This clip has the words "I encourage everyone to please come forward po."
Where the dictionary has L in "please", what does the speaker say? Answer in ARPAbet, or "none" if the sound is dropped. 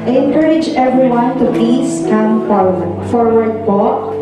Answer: none